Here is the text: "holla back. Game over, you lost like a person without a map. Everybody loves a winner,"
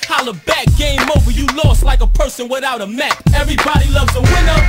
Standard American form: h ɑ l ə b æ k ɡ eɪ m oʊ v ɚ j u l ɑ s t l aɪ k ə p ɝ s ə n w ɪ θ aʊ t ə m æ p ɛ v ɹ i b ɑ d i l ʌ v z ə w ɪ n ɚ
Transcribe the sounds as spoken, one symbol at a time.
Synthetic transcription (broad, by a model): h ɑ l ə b æ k ɡ eɪ m oʊ v ɚ j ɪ l ɑ s t l aɪ k ə p ɝ s ə n w ɪ θ aʊ t ə m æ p ɛ v ɹ i b ɑ d i l ʌ v z ə w ɪ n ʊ